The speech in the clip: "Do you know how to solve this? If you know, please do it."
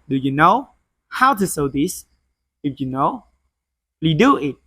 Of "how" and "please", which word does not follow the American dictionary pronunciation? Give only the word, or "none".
please